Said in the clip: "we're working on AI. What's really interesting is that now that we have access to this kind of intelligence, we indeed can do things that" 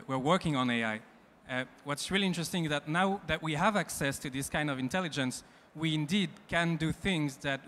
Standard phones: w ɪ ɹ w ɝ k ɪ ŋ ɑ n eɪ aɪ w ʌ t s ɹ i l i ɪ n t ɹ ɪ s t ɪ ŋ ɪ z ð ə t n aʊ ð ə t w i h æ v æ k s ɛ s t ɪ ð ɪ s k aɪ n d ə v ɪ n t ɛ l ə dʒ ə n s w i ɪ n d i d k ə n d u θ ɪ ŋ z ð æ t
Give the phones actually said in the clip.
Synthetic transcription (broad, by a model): w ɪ ɹ w ɝ k ɪ ŋ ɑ n eɪ aɪ w ʌ t s ɹ i l i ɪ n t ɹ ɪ s t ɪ ŋ ɪ z ð ə t n aʊ ð ə t w i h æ v æ k s ɛ s t ɪ ð ɪ s k aɪ n d ə v ɪ n t ɛ l ə dʒ ə n s w i ɪ n d i d k ə n d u θ ɪ ŋ z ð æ t